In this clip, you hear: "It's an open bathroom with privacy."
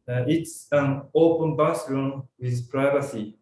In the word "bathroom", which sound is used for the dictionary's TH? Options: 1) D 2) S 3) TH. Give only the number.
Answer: 2